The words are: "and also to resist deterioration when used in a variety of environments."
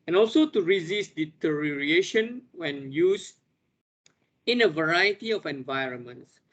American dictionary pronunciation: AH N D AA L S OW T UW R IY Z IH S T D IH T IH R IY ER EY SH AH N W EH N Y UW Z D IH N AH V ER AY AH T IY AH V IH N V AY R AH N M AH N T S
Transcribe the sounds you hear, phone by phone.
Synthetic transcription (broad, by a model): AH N AA L S OW T UW R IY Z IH S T D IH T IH R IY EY SH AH N W EH N Y UW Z IH N AH V ER AY AH T IY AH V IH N V AY R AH N M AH N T S